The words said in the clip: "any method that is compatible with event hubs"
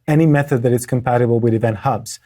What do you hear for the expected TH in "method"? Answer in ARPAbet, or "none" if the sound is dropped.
TH